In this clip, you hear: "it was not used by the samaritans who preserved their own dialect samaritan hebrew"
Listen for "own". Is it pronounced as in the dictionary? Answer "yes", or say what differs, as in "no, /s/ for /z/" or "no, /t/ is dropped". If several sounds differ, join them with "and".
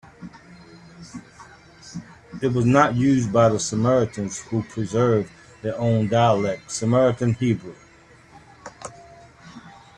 yes